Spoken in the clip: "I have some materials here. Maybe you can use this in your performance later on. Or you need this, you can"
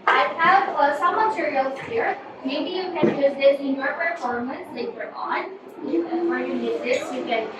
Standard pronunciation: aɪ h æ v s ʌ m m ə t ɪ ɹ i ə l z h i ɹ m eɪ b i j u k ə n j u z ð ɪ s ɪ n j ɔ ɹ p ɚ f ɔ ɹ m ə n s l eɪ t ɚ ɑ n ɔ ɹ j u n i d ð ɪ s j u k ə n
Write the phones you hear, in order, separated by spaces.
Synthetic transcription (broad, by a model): aɪ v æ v s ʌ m m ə t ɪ ɹ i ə l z h i ɹ m eɪ b i j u k ə n j u z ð ɪ s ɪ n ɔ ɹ p ɚ f ɔ ɹ m ə n s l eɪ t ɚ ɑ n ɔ w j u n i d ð ɪ s j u k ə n